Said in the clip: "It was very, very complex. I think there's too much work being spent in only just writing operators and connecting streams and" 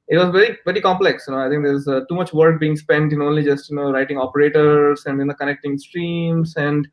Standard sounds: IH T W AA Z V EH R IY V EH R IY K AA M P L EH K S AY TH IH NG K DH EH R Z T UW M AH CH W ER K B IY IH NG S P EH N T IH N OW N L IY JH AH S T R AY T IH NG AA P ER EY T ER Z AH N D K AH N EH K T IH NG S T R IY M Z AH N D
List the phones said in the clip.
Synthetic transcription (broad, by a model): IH T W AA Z V EH R IY V EH R IY K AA M P L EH K S AY T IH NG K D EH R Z T UW M AH CH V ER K B IY IH NG S P EH N T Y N OW N L IY JH AH S T R AY T IH NG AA P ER EY T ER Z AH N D K AH N EH K T IH NG S T R IY M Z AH N D